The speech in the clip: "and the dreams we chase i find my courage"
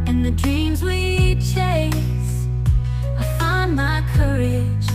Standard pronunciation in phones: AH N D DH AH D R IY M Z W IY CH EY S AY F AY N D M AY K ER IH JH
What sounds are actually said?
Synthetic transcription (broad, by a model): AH N DH AH D R IY M Z W IY CH EY S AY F AY N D M AY K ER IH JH